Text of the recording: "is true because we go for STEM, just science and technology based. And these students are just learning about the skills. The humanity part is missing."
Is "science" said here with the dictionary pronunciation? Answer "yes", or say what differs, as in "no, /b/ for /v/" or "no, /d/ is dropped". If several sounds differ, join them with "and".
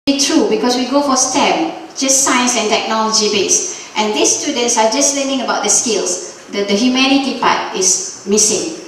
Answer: yes